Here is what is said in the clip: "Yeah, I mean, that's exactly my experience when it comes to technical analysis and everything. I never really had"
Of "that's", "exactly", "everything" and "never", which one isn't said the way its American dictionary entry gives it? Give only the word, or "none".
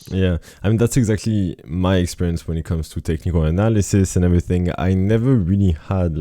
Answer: none